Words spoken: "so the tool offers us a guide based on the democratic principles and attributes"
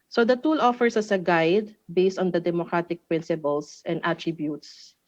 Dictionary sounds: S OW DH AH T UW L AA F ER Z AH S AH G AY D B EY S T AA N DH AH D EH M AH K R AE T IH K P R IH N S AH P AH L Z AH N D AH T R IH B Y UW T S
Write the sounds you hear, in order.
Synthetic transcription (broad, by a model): S OW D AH T UW L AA F ER S AH S AH G AY D B EY S T AA N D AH D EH M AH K R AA T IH K P R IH N S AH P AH L S AH N D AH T R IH B Y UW T S